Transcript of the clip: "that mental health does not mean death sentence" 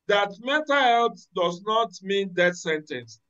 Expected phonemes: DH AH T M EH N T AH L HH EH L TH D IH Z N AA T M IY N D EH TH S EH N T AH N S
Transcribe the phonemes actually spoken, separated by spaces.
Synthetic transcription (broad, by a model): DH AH T M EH T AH HH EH L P D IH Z N AA T M IY N D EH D S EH N T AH N S